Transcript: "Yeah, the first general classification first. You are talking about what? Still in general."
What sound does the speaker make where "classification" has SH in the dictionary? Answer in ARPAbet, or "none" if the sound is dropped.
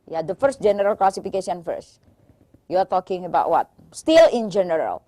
S